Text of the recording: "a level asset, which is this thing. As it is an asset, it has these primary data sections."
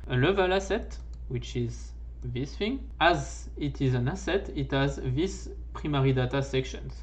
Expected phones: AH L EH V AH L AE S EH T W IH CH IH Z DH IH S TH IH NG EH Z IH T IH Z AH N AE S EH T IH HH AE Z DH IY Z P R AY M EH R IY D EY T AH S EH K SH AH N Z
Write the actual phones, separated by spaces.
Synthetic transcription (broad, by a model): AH L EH V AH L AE S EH T W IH CH IH Z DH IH S F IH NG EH Z IH T IH Z AH N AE S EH T IH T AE Z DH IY S P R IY M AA R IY D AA T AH S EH K SH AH N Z